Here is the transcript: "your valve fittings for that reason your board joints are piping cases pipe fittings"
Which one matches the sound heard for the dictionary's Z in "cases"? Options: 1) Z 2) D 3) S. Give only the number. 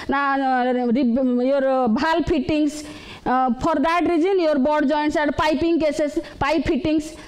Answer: 3